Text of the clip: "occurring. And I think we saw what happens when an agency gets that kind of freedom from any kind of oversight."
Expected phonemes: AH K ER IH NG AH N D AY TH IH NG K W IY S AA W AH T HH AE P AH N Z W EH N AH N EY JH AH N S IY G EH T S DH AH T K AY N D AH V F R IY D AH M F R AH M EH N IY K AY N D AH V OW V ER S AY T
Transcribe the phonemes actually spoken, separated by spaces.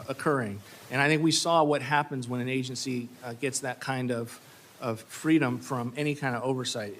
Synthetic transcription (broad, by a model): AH K ER IH NG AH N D AY TH IH NG K W IY S AA W AH T HH AE P AH N Z W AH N AH N EY JH AH N S IY G EH T S DH AH T K AY N D AH V F R IY D AH M F R AH M EH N IY K AY N D AH V OW V ER S AY T